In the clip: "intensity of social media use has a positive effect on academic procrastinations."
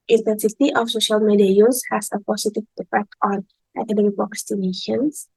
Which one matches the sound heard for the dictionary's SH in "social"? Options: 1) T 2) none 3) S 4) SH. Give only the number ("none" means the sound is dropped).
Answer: 4